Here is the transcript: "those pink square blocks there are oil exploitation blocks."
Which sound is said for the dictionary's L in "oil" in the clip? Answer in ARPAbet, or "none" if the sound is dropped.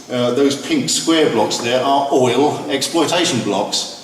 L